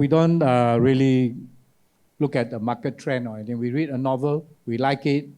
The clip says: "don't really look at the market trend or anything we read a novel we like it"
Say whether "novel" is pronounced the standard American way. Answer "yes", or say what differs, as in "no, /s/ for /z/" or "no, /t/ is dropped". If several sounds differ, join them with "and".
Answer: yes